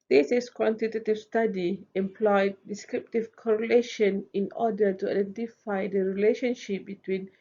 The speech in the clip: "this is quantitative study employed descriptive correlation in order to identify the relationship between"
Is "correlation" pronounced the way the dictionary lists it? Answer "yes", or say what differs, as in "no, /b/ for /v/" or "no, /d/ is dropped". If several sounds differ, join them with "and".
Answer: yes